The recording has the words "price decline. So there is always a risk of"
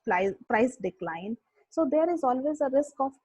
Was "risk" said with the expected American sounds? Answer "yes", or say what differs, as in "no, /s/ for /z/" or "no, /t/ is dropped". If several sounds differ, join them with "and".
yes